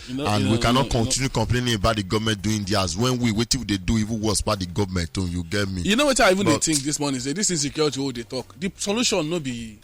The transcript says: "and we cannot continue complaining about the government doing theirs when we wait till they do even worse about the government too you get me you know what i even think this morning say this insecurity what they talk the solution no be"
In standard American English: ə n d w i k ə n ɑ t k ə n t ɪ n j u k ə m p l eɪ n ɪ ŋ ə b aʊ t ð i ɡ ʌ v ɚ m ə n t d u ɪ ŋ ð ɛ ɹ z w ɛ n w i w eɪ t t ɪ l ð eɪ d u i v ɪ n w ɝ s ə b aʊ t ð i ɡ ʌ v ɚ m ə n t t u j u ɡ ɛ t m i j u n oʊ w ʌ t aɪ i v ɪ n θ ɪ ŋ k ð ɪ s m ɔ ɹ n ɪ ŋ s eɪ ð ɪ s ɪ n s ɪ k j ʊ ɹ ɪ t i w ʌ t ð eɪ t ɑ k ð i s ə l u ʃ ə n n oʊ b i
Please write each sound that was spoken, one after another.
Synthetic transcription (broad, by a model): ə n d w i k ə n ɑ t k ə n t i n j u k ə m p l eɪ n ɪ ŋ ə b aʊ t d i ɡ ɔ v m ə n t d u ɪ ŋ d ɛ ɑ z w ɛ n w i w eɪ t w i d eɪ d u i v ɪ n w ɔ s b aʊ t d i ɡ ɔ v m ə n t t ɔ j u ɡ ɛ t m i j u n oʊ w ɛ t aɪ i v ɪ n t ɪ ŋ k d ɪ s m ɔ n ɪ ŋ s eɪ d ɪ s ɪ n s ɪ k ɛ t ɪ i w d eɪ t ɑ k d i s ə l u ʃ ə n n oʊ b i